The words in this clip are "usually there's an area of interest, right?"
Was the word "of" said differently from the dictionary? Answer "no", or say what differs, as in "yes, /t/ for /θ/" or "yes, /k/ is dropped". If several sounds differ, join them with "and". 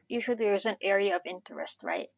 no